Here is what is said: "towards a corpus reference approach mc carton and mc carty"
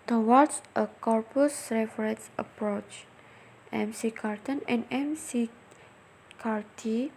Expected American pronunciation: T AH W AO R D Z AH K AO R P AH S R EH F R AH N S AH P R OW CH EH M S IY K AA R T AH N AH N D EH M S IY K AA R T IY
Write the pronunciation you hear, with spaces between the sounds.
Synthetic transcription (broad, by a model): T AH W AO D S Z AH K AO R P AH S R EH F R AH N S AH P R OW CH EH M S IY K AA R T AH N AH N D EH M S IY K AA R T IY